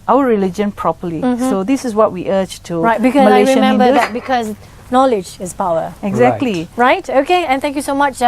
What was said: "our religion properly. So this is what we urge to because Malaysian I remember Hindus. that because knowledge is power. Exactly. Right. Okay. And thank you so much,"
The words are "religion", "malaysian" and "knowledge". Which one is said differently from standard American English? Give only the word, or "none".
malaysian